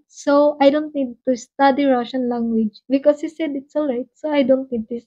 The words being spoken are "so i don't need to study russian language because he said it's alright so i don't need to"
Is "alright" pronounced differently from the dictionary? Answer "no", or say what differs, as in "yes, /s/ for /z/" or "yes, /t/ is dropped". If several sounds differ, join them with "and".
no